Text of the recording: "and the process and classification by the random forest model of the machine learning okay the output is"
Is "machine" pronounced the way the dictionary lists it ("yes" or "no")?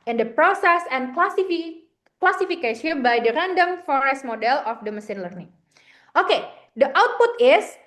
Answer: no